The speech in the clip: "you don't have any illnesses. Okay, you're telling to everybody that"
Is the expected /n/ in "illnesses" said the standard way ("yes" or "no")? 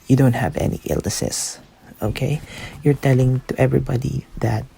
no